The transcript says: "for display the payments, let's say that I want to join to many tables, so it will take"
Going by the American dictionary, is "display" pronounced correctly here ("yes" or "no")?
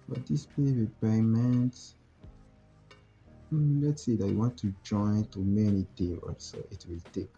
no